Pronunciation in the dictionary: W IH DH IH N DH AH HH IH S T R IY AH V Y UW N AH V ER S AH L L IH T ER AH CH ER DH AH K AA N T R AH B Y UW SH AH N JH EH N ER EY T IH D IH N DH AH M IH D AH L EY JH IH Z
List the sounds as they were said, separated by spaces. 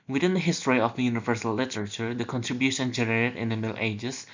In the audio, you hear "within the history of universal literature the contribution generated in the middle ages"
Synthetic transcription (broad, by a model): W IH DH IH N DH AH HH IH S T R IY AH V Y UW N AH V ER S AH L L IH T ER AH CH ER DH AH K AA N T R AH B Y UW SH AH N JH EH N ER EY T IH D IH N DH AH M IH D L EY JH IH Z